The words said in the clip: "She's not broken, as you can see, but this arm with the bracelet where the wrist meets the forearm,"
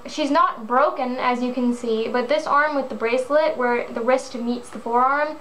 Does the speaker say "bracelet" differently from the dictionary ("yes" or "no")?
no